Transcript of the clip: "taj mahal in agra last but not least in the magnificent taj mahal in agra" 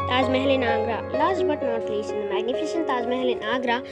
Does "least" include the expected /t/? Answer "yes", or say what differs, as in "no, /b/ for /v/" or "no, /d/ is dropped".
no, /t/ is dropped